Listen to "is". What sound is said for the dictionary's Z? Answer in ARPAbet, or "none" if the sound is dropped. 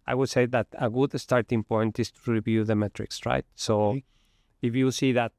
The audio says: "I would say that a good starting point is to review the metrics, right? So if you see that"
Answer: S